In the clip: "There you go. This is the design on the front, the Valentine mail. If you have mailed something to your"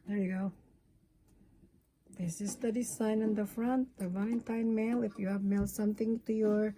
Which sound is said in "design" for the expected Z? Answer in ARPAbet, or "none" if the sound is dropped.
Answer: S